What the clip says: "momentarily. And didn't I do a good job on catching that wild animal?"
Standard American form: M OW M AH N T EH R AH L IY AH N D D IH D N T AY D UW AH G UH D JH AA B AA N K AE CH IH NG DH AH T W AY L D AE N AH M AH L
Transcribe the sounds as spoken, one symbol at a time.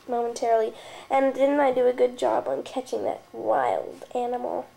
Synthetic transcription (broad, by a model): M OW M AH N T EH R L IY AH N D D IH D N T AY D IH AH G UH D JH AA B N K AE CH IH NG DH AH T W AY L D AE N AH M L